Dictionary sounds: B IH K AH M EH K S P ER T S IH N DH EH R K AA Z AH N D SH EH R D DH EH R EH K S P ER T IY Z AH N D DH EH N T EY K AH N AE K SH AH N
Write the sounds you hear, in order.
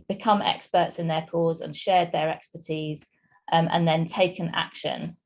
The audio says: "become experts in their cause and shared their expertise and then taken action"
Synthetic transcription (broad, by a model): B IH K AH M EH K S P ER T S IH N DH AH K AA Z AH N SH EH D DH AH R EH K S P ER T IY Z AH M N DH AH N T EY K AH N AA K SH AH N